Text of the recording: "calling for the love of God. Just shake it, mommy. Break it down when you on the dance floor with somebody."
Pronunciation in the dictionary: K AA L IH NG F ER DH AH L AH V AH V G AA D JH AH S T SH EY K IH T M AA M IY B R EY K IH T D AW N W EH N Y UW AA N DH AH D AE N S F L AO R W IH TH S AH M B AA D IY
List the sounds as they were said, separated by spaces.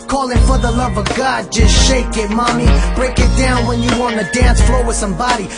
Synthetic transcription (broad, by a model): K AA L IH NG F ER DH AH L AH V AH V G AA D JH AH S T SH EY K IH T M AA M IY B R EY K IH T D AW N W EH N Y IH AA N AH D AE N S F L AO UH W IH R S AH M B AA D IY